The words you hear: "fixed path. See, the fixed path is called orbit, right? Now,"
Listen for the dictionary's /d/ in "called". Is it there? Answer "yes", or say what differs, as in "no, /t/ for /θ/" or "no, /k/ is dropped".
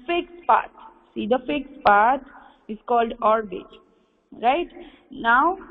yes